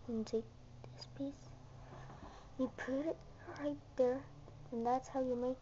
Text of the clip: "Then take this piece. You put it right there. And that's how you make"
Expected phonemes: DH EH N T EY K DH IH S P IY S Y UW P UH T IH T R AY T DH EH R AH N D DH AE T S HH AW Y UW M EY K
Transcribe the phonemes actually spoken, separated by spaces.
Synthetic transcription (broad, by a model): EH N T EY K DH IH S P IY S Y UW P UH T IH T R AY T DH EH R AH N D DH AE T S HH AW Y UW M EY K